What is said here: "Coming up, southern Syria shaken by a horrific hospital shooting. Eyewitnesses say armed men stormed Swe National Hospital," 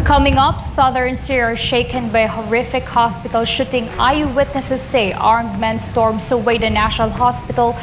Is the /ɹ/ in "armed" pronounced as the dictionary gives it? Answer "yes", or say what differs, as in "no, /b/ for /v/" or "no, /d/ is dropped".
yes